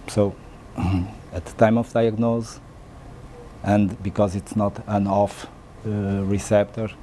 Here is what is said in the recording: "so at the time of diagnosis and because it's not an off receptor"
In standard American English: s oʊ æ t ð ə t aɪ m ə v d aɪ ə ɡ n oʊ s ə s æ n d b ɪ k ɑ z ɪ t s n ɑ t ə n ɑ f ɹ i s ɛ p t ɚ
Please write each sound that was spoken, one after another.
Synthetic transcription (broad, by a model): s oʊ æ t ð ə t aɪ m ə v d aɪ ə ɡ n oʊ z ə n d b ɪ k ɑ z ɪ t s n ɑ t ə n ɑ f ɹ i s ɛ p t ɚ